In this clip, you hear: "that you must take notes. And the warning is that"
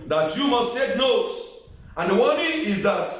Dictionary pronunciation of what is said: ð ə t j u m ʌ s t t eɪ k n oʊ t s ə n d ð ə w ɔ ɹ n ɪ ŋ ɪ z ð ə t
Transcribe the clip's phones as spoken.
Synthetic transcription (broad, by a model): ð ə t j u m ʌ s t t eɪ k n oʊ t s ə n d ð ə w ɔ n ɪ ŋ ɪ z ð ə t